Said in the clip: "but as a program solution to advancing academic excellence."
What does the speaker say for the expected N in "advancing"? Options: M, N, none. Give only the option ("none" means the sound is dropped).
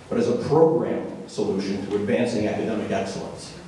N